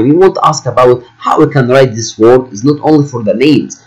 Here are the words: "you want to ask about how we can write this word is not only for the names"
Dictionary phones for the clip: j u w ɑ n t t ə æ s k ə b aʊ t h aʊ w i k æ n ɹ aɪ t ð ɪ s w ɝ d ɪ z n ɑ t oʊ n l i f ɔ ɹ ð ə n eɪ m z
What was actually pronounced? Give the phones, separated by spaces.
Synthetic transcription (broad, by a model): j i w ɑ n t t æ s k ə b aʊ t h aʊ w i k æ n ɹ aɪ t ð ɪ s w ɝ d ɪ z n ɑ t oʊ n l i f ɔ ɹ ð ə n eɪ m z